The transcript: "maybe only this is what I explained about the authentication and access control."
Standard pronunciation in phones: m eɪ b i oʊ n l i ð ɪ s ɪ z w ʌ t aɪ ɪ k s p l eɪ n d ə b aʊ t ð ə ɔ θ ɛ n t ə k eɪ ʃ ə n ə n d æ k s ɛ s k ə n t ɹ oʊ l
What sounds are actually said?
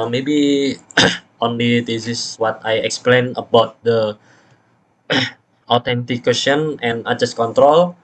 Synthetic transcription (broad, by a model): m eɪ b i oʊ n l i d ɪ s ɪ s w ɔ t aɪ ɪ k s p l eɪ n ə b aʊ t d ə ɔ t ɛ n t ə k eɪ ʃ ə n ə n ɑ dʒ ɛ s k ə n t ɹ oʊ l